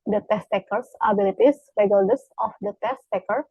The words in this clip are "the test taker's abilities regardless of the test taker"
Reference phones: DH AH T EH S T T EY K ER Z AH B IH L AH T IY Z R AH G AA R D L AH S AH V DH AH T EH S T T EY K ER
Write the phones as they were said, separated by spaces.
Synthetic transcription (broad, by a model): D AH T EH S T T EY K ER S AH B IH L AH T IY S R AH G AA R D AH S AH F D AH T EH S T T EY K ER